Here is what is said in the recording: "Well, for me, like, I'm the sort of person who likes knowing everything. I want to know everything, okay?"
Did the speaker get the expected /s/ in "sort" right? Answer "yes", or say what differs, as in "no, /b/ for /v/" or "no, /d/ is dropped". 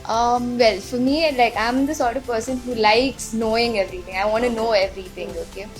yes